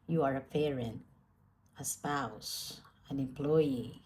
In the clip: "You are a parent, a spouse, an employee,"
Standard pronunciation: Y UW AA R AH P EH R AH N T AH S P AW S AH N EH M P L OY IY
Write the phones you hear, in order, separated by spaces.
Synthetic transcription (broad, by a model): Y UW AA R AH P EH R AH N AH S P AW S AH N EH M P L OY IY